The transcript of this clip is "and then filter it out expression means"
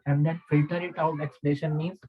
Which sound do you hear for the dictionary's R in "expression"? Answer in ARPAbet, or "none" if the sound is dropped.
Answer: L